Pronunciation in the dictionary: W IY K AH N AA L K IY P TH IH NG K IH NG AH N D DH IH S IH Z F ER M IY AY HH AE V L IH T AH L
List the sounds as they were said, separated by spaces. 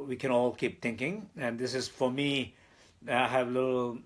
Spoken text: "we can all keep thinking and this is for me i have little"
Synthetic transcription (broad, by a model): W IY K AH N AA L K IY P T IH NG K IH NG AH N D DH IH S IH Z F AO M IY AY HH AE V L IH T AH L